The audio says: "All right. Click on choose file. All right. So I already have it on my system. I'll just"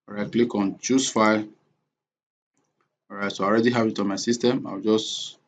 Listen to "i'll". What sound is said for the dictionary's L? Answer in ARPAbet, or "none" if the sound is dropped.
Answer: W